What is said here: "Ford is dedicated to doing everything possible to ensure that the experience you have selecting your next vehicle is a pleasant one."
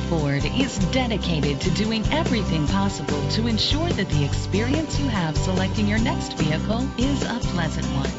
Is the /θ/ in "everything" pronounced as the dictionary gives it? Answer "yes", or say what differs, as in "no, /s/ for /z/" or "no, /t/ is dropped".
yes